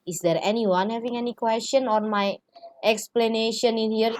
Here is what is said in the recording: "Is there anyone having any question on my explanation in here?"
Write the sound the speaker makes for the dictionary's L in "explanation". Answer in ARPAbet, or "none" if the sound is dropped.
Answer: L